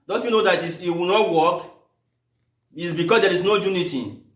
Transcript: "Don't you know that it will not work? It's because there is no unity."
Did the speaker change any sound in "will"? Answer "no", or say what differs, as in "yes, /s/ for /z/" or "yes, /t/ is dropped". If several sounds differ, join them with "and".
yes, /w/ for /l/